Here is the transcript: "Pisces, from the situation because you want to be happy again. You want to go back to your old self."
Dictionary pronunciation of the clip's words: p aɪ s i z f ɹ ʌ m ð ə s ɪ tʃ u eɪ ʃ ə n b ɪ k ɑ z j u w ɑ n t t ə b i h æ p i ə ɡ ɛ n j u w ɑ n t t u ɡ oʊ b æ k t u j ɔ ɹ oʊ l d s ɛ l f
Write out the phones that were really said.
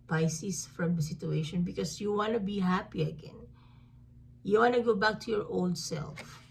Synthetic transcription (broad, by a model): p aɪ s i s f ɹ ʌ m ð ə s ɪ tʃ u eɪ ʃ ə n b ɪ k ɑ s j u w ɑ n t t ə b i h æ p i ə ɡ ɛ n j u w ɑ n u ɡ oʊ b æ k t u j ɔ ɹ oʊ l d s ɛ l f